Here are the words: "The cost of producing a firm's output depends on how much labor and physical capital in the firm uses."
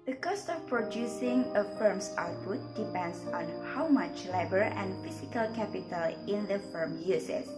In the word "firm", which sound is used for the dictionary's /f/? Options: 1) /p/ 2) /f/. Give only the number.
2